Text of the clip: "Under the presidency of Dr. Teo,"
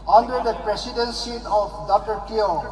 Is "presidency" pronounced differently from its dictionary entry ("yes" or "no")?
yes